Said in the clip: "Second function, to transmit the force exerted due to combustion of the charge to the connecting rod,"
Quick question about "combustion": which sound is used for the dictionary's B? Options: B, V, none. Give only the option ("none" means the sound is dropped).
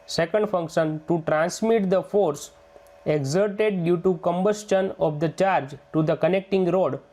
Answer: B